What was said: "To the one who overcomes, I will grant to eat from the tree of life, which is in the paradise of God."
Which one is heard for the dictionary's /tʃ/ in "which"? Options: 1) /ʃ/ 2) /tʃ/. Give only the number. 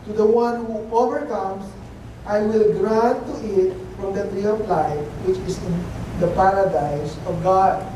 2